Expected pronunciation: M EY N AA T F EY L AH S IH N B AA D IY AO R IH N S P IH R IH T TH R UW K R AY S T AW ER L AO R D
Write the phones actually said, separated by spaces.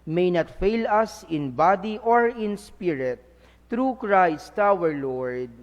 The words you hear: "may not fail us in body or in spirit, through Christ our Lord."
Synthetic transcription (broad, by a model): M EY N AA T F EY L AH S IH N B AA D IY AO R IH N S P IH R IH T R UW K R AY S T AW ER L AO R D